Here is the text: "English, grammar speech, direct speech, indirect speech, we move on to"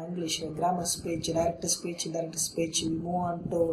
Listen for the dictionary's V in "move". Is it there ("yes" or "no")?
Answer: no